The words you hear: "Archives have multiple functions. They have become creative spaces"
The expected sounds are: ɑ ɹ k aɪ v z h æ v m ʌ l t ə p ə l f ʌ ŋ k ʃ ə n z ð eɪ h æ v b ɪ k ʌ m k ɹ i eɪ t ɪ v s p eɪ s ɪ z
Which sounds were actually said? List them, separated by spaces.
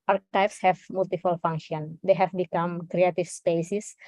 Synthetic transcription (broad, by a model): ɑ ɹ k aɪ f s h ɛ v m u l t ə f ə l f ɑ ŋ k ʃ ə n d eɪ h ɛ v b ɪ k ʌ m k ɹ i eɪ t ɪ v s p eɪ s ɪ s